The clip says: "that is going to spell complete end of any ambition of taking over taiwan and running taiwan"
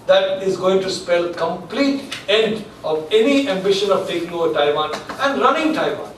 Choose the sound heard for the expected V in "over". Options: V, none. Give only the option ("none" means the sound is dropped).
none